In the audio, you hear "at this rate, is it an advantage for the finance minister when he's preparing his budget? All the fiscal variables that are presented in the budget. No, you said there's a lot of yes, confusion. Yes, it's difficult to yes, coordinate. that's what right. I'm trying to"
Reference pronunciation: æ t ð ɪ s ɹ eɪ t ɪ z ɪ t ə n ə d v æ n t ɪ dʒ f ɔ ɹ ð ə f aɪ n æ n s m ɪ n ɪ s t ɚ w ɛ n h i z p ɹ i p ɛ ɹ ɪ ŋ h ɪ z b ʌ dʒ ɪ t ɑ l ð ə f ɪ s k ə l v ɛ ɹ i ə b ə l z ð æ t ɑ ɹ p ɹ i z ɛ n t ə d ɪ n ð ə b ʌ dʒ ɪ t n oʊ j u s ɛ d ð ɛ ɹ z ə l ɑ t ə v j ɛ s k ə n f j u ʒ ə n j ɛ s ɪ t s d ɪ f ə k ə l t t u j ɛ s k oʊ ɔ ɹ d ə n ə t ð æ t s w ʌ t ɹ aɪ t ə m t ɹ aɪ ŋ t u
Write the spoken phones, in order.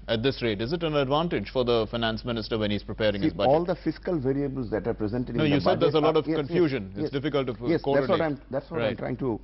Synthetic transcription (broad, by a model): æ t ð ɪ s ɹ eɪ t ɪ z ɪ t ə n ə d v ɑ n t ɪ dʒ f ɔ ɹ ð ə f aɪ n æ n s m ɪ n ɪ s t ɚ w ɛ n h i z p ɹ i p ɛ ɹ ɪ ŋ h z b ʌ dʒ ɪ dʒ l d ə f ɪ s k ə l v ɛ ɹ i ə b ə l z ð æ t ɑ ɹ p ɹ i z ɛ n t ə d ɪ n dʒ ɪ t n oʊ j u s ɛ d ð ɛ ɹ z ə l ɑ t ə v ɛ k ə n f j u ʒ ə n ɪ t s d ɪ f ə k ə l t t u j ɛ s k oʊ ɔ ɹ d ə ə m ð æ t s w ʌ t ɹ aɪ ə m t ɹ aɪ ŋ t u